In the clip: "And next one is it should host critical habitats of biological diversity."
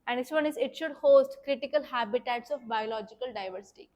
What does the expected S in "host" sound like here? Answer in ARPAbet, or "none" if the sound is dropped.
S